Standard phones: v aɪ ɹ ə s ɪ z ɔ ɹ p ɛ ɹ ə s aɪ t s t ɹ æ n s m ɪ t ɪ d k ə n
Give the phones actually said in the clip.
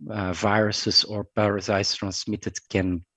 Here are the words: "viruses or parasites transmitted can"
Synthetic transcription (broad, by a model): v aɪ ɹ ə s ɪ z ɔ ɹ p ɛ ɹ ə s aɪ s t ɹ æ n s m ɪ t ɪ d k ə n